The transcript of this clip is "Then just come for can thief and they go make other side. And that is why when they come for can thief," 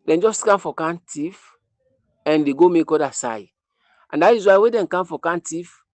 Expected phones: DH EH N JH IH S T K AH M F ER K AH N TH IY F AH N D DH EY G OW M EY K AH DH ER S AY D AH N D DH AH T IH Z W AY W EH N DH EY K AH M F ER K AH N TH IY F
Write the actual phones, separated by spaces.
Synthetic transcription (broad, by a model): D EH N JH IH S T K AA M F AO K AH N T IY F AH N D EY G OW M EY K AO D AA S AY AH N D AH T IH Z W AY W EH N K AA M F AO K AH N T IY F